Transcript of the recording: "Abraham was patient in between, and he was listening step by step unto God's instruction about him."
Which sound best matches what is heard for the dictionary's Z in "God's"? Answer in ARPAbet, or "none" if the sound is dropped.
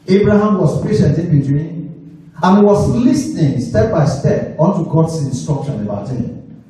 S